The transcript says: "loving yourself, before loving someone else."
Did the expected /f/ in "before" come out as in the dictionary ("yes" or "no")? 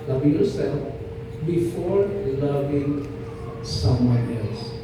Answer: yes